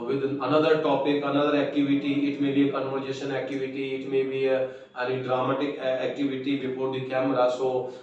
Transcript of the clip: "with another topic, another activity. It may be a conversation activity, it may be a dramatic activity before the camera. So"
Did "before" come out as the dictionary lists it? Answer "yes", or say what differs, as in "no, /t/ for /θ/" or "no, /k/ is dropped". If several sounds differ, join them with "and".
no, /p/ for /f/